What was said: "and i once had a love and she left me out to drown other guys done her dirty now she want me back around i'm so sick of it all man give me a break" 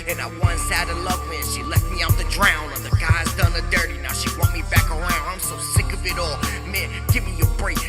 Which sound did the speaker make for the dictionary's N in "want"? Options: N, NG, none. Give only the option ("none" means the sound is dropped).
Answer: none